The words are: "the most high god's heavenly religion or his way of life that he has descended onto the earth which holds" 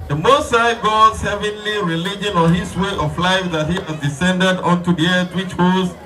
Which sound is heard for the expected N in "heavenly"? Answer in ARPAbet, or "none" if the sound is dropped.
N